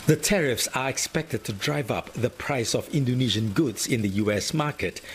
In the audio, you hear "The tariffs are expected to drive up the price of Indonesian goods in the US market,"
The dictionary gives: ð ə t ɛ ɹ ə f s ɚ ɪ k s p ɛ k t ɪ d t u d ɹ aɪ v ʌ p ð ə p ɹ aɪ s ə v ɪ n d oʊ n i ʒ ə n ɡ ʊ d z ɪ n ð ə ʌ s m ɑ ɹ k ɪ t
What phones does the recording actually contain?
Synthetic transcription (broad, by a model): ð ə t ɛ ɹ ə f s ɚ ɪ k s p ɛ k t ɪ d t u d ɹ aɪ v ʌ p ð ə p ɹ aɪ s ə v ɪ n d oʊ n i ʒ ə n ɡ ʊ d z ɪ n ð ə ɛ s m ɑ ɹ k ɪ t